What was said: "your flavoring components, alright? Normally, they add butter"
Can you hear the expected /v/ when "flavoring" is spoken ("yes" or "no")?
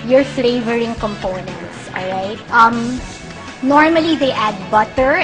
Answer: yes